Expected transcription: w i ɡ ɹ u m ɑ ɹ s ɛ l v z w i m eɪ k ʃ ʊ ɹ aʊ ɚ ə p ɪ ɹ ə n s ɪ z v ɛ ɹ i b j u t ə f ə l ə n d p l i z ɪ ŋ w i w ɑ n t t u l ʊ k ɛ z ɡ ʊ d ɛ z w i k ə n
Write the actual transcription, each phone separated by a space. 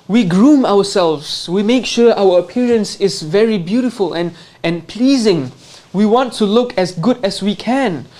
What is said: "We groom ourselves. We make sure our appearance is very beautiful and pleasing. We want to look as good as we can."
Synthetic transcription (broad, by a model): w i ɡ ɹ u m ɑ w s ɛ l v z w i m eɪ k ʃ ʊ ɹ aʊ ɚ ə p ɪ ɹ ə n s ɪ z v ɛ ɹ i b j u t ə f ə l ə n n p l i z ɪ ŋ w i w ɑ n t t u l ʊ k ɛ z ɡ ʊ d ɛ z w i k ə n